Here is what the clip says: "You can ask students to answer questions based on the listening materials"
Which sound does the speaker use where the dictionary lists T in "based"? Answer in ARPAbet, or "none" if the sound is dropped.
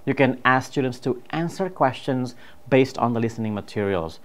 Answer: T